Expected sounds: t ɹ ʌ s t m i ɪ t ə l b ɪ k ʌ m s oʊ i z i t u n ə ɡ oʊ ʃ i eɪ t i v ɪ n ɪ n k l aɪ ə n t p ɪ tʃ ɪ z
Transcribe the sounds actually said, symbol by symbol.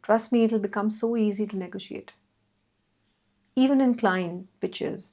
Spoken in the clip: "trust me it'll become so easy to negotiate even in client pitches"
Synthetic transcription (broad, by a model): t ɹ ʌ s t m i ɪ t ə l b ɪ k ʌ m s oʊ i z i t u n ə ɡ oʊ ʃ i eɪ t i v ɪ n ɪ n k l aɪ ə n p ɪ tʃ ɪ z